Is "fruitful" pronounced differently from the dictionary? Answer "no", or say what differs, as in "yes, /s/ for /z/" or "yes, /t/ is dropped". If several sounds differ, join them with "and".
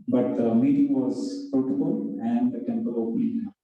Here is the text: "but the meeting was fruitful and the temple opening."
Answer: yes, /ɹ/ is dropped